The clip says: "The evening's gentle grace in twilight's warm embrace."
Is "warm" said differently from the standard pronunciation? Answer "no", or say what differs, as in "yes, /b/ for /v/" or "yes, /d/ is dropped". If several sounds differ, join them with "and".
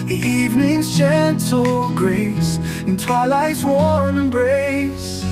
yes, /m/ is dropped